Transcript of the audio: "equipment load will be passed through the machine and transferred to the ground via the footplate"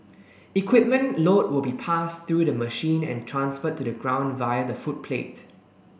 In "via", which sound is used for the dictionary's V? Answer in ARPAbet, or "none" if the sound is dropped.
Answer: V